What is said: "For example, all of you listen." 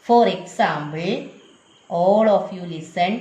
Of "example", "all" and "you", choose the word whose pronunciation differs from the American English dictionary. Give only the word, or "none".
example